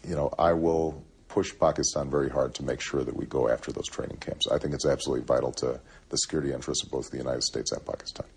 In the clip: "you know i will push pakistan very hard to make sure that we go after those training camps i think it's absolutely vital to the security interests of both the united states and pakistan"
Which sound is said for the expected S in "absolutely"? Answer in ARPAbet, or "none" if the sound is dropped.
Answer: S